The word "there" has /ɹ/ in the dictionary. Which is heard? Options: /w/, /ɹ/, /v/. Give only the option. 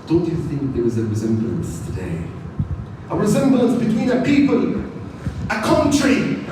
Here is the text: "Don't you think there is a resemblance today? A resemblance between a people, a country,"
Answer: /w/